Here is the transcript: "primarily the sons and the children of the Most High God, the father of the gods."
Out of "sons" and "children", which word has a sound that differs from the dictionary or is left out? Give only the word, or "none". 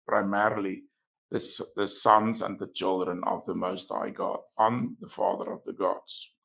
none